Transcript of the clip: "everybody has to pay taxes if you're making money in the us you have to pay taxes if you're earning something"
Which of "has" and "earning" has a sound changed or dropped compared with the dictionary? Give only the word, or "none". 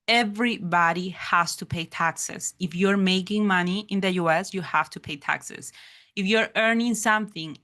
has